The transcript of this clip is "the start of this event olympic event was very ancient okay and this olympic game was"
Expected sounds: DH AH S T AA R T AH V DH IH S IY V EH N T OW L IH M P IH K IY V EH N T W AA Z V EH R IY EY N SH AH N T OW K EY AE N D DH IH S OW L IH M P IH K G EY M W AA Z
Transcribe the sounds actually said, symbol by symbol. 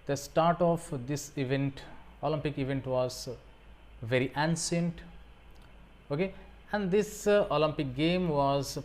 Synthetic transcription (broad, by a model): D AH S T AA R T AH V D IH S IY V EH N T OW L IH M P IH K IY V EH N T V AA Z V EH R IY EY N S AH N T OW K EY AE N D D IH S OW L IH M P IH K G EY M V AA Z